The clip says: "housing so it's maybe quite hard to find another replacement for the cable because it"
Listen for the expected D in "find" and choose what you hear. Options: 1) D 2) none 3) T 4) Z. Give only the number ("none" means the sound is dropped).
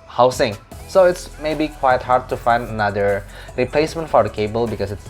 1